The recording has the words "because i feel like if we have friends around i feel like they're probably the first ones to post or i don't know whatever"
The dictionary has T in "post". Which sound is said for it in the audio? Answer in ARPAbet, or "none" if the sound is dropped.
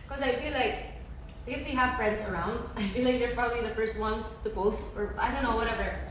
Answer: none